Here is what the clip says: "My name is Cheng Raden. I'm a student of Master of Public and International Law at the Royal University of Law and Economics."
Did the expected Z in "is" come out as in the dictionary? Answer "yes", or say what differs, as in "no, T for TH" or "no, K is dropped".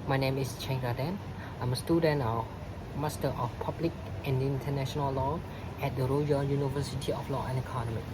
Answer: no, S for Z